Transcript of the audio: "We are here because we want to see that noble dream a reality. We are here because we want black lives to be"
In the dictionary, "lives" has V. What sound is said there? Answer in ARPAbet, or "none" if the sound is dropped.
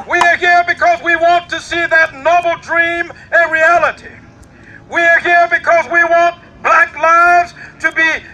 V